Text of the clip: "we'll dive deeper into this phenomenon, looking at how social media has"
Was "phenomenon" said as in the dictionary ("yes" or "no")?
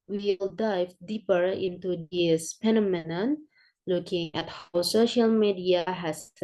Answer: no